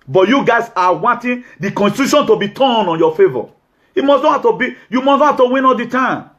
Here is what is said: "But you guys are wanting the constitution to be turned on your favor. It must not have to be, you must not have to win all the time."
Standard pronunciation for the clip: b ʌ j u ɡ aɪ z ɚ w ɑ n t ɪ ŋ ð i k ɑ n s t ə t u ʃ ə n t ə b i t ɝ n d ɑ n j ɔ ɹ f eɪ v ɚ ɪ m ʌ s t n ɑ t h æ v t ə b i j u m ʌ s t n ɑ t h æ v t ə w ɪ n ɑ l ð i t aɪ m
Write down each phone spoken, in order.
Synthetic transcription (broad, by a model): b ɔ j u ɡ aɪ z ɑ w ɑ n t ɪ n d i k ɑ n s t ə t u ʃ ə n t ə b i t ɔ n ɑ n j ɔ f eɪ v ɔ ɪ m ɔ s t n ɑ h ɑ f t ə b i j u m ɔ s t n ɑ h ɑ f t ə w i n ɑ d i t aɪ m